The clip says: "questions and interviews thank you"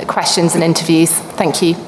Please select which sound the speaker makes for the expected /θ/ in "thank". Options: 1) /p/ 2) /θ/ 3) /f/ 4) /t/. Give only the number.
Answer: 2